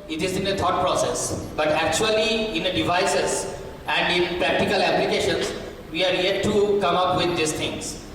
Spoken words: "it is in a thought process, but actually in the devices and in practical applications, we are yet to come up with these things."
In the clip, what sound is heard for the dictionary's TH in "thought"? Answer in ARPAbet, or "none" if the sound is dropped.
T